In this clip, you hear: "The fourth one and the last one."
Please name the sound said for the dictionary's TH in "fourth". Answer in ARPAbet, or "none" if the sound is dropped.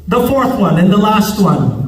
TH